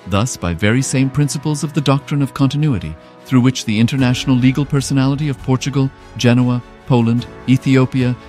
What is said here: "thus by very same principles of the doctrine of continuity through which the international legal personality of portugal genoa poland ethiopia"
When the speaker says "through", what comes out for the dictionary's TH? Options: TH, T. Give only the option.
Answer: TH